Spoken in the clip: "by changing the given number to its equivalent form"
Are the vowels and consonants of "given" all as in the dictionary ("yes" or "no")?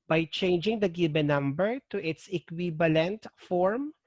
no